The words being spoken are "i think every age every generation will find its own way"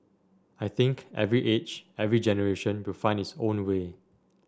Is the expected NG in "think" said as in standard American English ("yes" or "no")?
yes